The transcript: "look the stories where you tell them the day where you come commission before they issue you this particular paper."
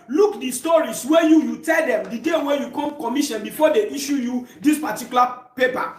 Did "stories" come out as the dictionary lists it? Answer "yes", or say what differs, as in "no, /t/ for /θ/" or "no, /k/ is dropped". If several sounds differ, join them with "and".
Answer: no, /s/ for /z/